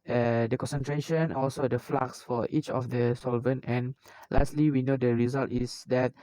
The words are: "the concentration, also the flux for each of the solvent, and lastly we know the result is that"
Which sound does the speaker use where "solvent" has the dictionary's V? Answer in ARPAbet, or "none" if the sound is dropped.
V